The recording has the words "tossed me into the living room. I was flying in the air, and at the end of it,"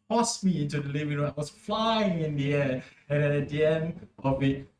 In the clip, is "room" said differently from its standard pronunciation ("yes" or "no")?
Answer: yes